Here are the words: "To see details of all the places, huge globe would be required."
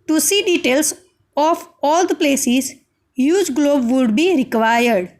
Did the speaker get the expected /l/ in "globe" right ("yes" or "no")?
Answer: yes